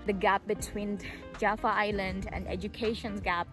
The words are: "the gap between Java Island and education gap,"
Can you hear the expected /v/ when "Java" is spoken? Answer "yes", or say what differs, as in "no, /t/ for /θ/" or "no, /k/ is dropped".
no, /f/ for /v/